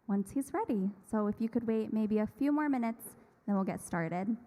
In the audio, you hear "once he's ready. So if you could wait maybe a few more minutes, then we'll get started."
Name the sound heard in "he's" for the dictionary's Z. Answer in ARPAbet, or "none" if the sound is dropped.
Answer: Z